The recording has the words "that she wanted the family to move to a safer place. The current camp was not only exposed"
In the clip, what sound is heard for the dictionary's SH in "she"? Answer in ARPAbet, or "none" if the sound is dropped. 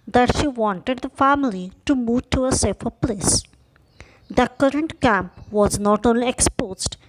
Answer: SH